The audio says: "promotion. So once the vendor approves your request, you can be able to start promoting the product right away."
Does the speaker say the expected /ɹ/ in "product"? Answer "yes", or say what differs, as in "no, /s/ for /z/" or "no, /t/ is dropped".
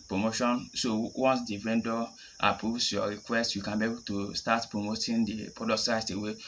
no, /ɹ/ is dropped